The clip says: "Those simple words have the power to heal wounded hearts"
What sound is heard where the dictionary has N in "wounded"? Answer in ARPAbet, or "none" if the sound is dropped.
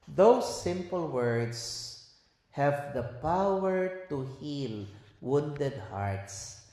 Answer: N